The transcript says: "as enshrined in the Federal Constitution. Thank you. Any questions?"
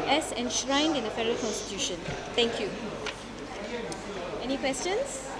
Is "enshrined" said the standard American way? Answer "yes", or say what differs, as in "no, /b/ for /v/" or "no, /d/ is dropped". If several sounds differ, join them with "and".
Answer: yes